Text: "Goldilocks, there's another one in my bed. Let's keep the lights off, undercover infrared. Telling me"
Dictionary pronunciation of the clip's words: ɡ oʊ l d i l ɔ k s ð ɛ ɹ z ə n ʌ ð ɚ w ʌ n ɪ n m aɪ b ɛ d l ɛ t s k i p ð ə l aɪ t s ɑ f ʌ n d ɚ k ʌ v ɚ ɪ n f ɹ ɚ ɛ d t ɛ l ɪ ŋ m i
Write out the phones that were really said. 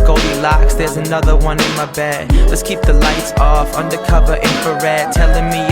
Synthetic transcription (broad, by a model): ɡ oʊ l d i l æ k s ð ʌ ɹ z ə n ʌ ð ɚ w ʌ n ɪ n m aɪ b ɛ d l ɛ t s k i p ð ə l aɪ t s ɑ f ʌ n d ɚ k ʌ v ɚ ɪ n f ɚ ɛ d t ɛ l ɪ ŋ m i